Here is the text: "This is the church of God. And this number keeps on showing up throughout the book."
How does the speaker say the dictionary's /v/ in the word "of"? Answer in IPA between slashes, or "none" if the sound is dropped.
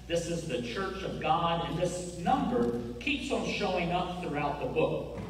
/v/